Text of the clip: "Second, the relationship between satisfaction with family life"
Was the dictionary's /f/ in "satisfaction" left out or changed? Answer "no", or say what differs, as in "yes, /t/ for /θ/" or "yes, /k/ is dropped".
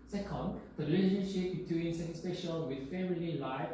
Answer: yes, /p/ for /f/